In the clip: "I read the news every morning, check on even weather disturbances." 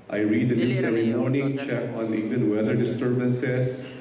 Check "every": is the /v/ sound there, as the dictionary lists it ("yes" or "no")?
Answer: no